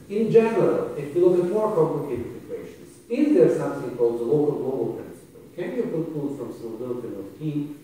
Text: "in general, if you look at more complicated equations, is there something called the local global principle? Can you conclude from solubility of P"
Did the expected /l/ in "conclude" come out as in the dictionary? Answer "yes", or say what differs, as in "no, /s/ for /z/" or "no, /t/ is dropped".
no, /l/ is dropped